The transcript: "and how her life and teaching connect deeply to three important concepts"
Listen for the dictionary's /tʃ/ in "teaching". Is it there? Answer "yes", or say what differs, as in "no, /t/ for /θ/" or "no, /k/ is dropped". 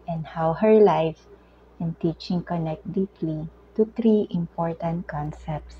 yes